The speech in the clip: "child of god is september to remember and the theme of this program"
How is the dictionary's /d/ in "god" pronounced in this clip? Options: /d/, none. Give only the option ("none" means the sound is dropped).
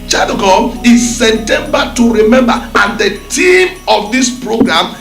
none